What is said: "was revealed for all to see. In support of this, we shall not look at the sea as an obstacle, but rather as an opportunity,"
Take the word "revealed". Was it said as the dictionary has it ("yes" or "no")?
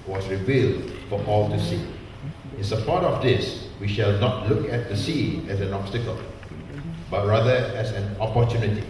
yes